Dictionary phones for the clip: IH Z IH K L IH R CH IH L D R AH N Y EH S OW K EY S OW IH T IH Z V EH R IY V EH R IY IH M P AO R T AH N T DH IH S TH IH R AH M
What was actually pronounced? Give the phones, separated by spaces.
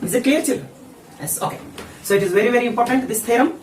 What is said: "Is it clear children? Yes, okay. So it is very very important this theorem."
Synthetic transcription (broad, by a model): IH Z IH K IY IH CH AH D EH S OW K EY S OW IH T IH Z V EH R IY V EH R IY IH M P AO R T AH N T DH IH S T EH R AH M